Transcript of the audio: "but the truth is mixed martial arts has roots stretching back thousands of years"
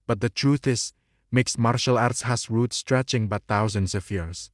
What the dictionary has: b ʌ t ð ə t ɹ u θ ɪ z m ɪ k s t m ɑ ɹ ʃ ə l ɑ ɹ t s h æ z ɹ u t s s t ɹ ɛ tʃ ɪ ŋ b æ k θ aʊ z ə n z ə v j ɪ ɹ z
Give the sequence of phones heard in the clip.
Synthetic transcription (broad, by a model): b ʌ t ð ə t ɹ u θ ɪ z m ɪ k s m ɑ ɹ ʃ ə l ɑ ɹ t s h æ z ɹ u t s s t ɹ ɛ tʃ ɪ ŋ b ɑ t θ aʊ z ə n s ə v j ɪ ɹ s